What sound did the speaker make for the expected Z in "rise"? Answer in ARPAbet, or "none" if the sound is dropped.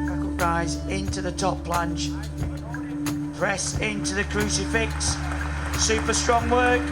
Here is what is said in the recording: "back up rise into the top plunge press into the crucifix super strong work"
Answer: Z